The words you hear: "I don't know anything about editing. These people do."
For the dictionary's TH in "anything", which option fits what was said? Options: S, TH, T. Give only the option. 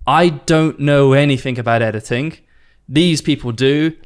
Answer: TH